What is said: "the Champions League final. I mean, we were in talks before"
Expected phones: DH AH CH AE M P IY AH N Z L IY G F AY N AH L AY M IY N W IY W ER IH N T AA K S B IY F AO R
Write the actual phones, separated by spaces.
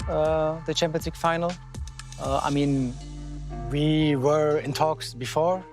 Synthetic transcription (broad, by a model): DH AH CH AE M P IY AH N S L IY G F AY N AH L AY M IY N W IY W ER IH N T AA K S B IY F AO R